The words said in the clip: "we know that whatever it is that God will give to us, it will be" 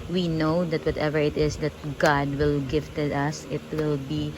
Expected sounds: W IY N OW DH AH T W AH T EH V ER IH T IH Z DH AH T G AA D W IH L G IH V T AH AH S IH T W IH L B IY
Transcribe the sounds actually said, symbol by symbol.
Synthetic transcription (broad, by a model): W IY N OW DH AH T W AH T EH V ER IH T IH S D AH T G AA D W IH L G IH F T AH AH S IH T W IH L B IY